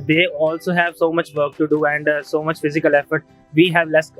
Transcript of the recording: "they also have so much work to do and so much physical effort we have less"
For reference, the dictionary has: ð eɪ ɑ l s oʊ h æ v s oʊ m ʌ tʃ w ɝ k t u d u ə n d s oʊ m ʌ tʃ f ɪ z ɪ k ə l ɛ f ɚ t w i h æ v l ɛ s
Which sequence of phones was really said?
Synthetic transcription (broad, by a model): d eɪ ɑ l s oʊ h æ v s oʊ m ʌ tʃ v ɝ k t u d u ə n d s oʊ m ʌ tʃ f ɪ z ɪ k ə l ɛ f ɚ t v i h æ v l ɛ s